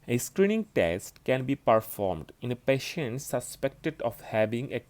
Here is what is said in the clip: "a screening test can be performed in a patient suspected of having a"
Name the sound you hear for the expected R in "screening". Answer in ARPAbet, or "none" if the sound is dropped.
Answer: R